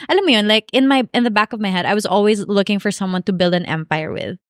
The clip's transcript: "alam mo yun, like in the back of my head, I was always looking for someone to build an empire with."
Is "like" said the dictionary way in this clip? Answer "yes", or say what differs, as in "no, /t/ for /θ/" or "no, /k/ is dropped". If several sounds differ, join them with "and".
no, /k/ is dropped